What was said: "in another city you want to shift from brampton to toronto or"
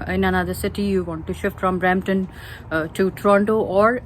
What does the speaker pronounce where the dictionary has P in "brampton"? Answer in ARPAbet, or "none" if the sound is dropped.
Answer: none